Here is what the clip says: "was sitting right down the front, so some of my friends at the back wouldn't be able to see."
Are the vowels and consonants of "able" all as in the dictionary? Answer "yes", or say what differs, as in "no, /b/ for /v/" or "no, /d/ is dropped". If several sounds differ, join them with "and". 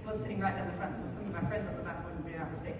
no, /b/ is dropped